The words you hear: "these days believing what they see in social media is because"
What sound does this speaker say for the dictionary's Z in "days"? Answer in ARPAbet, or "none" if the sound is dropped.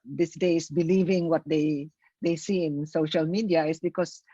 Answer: S